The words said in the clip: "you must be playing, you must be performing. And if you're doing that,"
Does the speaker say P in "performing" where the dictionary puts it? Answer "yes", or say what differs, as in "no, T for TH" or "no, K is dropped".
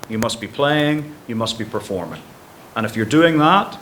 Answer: yes